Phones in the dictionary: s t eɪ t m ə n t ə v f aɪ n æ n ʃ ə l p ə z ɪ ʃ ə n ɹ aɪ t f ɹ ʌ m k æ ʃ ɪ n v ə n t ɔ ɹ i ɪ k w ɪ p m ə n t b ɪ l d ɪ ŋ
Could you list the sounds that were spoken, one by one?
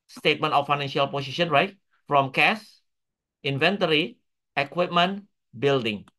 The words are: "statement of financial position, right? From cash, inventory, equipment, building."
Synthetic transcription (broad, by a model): s t eɪ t m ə n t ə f aɪ n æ n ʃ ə l p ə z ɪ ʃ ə n ɹ aɪ t f ɹ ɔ m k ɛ s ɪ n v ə n t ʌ ɹ i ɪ k w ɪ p m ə n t b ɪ l d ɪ ŋ